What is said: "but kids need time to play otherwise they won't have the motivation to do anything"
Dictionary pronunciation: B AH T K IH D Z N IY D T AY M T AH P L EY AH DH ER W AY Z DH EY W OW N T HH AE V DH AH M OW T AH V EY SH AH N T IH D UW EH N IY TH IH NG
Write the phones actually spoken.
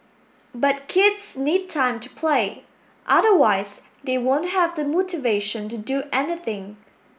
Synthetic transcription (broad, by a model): B AH T K IH D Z N IY D T AY M T AH P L EY AH DH ER W AY Z DH EY W OW N T HH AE V DH AH M OW T AH V EY SH AH N T IH D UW EH N IY TH IH NG